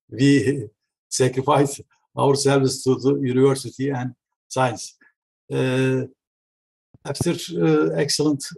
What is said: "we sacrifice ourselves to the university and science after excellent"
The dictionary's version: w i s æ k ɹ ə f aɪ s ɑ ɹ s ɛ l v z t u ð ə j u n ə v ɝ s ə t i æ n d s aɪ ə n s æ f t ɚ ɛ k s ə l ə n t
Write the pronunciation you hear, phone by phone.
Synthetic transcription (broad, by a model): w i s æ k ɹ ə f aɪ s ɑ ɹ s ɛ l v s t u ð ə j u n ə v ɝ s ə t i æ n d s aɪ ə n s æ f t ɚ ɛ k s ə l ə n t